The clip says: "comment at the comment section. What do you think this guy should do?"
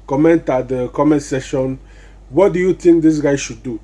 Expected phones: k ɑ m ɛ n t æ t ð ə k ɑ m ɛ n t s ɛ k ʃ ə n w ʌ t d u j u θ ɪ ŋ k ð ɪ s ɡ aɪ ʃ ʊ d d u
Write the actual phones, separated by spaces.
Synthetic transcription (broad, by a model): k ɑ m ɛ n t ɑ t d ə k ɑ m ɛ n t s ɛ ʃ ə n w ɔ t d u j u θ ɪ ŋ k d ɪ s ɡ aɪ ʃ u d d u